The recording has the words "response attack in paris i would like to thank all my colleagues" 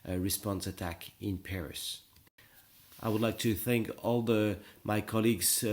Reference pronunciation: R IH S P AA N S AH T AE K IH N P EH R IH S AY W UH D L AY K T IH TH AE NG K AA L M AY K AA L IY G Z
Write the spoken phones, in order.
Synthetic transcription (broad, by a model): R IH S P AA N S AH T AE K IH N P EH R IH S AY W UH D L AY K T IH TH AE NG K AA L M AY K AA L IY G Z